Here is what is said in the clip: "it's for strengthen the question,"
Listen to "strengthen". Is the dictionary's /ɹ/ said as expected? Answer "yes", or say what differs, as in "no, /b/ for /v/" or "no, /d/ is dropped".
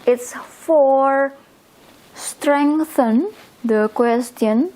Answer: yes